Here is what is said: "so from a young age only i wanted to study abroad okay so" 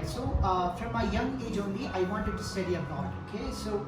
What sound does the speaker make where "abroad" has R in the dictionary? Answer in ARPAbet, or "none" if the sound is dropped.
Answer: none